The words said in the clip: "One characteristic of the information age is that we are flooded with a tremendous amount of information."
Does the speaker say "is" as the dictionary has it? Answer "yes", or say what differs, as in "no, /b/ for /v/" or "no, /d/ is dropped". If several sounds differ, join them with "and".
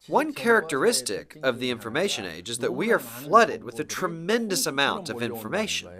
yes